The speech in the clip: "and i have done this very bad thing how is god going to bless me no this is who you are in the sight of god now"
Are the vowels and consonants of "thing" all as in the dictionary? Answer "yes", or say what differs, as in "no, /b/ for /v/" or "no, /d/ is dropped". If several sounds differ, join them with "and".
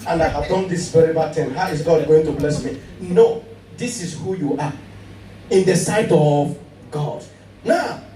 no, /t/ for /θ/